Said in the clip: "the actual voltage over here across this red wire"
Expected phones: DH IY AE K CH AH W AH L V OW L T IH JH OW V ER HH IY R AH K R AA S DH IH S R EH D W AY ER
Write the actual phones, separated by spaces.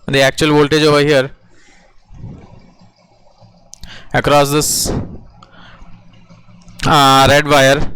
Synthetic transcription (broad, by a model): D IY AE K CH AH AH L V OW L T IH JH OW V ER HH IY R AH K R AA S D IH S R EH D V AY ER